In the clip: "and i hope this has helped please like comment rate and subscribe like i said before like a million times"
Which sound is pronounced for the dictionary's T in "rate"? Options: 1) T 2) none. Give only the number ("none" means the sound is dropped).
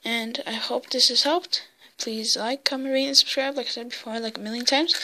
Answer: 2